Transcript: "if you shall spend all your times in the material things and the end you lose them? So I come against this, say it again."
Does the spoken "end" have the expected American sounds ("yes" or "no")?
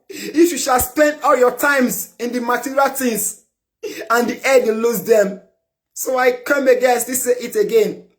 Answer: no